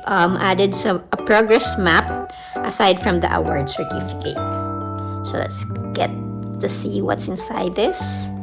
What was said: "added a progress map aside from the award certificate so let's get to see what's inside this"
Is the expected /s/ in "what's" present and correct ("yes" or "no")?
yes